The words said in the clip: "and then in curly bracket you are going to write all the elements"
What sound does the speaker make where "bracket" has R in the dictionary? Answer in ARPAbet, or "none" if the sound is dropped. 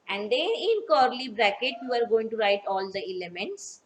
R